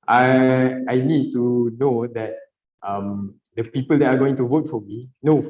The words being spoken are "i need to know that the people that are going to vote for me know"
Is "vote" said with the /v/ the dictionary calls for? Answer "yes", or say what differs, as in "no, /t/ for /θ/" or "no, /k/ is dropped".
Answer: yes